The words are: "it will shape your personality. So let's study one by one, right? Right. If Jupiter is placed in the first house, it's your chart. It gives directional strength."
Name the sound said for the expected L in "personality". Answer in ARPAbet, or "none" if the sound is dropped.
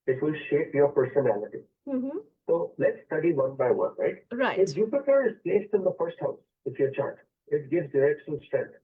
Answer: L